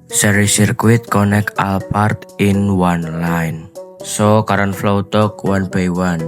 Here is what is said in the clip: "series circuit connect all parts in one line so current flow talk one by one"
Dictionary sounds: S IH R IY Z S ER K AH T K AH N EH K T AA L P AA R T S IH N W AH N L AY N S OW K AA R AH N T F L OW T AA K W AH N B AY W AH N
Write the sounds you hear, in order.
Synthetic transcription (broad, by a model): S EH R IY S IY K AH T K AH N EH K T AA L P AA R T IH N W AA N L AY N S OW K AA R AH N F L OW T AA K W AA N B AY W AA N